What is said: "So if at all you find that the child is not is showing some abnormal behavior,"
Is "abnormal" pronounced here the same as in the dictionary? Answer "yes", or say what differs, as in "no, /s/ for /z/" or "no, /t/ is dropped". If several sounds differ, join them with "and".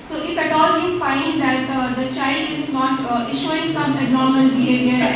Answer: no, /b/ is dropped